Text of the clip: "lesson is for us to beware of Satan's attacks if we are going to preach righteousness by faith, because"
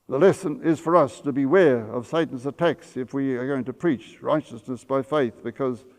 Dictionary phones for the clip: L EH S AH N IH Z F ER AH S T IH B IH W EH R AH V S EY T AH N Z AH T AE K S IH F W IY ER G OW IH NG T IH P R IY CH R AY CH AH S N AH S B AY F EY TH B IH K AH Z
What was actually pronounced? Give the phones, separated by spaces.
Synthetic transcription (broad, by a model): L EH S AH N IH Z F ER AH S T IH B IH W EH R AH V S EY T N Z AH T AE K S IH F W IY ER G OW IH NG T IH P R IY CH R AY CH AH S N AH S B AY F EY TH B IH K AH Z